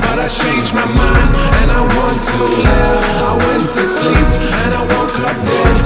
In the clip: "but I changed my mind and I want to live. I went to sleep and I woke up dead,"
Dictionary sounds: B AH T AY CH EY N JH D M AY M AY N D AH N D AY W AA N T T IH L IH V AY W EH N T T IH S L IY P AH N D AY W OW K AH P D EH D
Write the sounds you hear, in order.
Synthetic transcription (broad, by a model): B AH T AY CH EY N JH M AY M AY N AH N AY W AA N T T IH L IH AY W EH N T T IH S L IY P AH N AY W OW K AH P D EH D